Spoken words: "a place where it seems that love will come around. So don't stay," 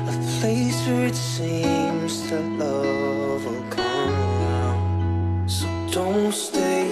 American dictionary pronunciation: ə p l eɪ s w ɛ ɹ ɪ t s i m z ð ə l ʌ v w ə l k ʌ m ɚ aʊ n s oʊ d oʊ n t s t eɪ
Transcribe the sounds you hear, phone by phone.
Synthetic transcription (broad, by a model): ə p l eɪ s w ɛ ɹ ɪ t s i m z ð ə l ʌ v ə n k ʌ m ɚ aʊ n s oʊ d oʊ n t s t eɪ